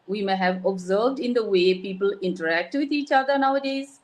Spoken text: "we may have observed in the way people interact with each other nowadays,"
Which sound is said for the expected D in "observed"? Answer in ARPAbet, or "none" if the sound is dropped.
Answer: D